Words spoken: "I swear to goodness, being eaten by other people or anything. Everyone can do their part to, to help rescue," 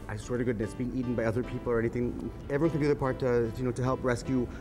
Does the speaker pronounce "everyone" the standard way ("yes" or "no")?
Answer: no